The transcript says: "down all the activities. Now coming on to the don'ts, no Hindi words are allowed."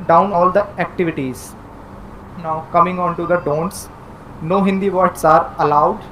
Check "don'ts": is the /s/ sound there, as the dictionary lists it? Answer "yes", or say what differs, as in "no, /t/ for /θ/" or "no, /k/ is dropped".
yes